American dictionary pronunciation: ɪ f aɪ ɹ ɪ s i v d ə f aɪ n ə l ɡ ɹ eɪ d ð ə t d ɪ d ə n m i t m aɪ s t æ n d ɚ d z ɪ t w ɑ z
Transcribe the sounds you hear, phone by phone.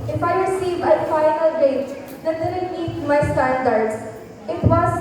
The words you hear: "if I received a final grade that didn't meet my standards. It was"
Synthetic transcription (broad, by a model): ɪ f aɪ ɹ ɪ s i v ə f aɪ n ə l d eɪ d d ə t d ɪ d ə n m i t m aɪ s t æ n d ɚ d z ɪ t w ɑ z